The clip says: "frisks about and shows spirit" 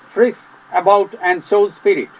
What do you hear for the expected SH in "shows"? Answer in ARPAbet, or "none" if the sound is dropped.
S